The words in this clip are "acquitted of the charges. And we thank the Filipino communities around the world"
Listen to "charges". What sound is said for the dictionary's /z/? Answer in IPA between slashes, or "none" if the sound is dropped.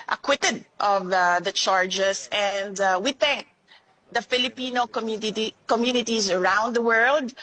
/s/